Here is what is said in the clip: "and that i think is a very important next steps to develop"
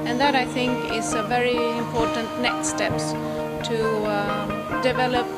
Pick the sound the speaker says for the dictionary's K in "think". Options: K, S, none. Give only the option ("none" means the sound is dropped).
K